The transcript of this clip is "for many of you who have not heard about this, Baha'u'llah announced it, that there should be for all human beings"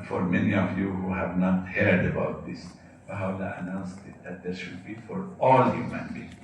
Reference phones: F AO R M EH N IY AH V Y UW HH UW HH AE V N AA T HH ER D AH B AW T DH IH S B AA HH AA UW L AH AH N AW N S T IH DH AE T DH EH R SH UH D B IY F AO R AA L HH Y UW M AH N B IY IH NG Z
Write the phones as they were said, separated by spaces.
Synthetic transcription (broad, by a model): F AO R M EH N IY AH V Y UW HH UW HH AE V N AA T HH ER D AH B AW T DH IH S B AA HH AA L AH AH N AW N S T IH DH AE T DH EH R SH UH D B IY F AO R AA L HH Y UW M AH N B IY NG